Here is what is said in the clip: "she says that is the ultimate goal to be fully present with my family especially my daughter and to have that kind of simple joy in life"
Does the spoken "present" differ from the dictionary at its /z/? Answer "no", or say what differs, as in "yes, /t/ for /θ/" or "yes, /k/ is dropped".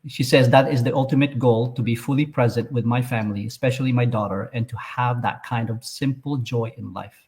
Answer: no